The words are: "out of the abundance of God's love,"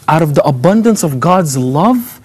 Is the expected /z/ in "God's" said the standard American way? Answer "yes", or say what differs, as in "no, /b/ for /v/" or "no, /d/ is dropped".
yes